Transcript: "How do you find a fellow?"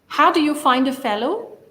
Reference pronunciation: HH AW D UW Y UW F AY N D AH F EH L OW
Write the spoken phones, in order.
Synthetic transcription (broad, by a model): HH AW D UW Y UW F AY N D AH F EH L OW